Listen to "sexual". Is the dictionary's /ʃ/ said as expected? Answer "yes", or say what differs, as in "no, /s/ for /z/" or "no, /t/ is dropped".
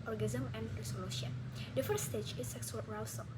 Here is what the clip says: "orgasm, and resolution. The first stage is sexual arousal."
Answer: no, /s/ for /ʃ/